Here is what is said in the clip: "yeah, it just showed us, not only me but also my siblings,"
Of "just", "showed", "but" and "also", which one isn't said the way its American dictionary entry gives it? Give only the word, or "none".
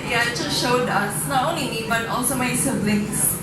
just